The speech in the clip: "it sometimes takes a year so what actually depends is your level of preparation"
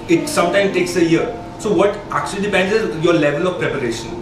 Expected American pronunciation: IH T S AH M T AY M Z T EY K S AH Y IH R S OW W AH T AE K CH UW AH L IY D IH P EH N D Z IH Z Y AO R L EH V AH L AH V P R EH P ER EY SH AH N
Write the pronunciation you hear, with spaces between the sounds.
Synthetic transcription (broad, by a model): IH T S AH M T AY M T EY K S AH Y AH R S OW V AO T AE K CH UW AH L IY D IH P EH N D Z IH Z Y AO R L EH V AH L AH V P R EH P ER EY SH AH N